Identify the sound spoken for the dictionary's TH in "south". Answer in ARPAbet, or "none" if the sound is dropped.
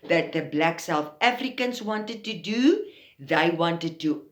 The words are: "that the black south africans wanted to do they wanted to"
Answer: TH